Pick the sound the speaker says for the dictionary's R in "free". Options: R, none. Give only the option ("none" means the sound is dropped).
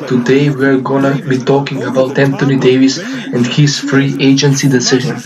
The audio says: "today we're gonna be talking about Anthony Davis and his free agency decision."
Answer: R